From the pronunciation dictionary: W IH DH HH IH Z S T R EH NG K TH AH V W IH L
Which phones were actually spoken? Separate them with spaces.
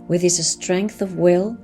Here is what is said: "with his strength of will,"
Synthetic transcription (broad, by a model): W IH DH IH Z S T R EH NG K TH AH V W IH L